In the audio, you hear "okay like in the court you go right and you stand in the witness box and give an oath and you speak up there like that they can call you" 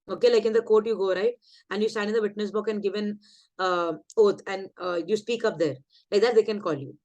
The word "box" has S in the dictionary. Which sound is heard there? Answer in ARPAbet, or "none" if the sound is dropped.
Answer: none